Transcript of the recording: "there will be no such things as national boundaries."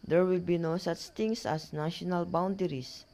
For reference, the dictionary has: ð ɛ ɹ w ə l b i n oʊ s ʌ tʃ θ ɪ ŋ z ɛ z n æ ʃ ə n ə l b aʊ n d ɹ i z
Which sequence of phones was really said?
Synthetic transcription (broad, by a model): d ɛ ɹ w ə l b i n oʊ s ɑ tʃ t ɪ ŋ s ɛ s n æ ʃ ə n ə l b aʊ n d ɹ i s